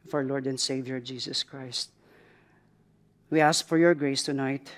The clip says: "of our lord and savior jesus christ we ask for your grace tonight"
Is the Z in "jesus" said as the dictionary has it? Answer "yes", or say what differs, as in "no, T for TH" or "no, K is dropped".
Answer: no, S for Z